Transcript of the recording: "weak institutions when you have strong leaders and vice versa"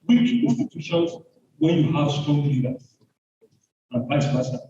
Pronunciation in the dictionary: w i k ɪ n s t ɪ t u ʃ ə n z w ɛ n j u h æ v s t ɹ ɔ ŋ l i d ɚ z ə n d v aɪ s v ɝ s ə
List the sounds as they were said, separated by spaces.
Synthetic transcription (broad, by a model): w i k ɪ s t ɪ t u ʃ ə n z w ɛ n j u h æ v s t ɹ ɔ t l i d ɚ ə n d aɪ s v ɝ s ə